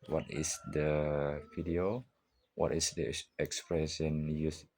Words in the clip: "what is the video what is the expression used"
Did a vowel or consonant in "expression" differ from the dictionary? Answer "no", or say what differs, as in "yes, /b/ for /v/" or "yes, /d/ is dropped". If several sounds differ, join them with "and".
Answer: yes, /s/ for /ʃ/